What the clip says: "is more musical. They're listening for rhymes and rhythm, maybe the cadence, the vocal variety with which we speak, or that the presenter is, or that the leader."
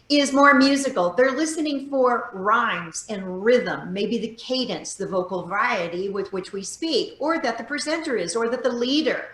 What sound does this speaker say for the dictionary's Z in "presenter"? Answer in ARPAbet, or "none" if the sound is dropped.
Z